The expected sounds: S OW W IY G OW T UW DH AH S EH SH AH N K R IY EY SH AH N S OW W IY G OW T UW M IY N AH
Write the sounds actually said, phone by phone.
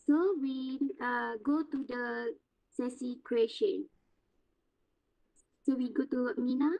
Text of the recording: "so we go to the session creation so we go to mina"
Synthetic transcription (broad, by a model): S OW W IY G OW T UW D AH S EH S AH K R IY EY SH AH N S OW W IY G OW T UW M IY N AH